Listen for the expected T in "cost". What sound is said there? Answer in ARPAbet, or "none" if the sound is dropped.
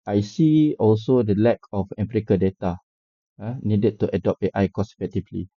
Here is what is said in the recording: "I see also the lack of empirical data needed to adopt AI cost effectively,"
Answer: none